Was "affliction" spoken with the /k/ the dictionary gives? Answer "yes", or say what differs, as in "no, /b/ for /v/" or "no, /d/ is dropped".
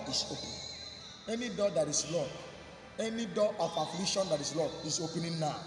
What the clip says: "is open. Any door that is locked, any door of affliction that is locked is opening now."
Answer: no, /k/ is dropped